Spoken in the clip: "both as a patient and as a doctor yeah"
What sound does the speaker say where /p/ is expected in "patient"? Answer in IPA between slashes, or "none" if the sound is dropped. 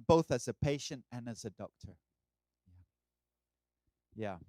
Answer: /p/